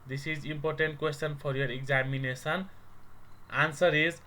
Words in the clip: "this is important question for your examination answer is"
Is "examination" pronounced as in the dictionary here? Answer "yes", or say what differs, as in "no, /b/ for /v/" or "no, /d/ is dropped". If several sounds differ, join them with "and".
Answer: no, /s/ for /ʃ/